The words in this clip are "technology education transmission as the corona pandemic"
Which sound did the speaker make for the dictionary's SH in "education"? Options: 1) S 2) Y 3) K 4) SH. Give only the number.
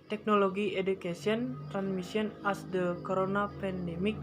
1